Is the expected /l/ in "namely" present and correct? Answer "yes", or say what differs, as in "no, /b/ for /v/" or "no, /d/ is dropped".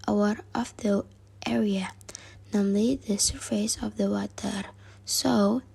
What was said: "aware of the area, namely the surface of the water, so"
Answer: yes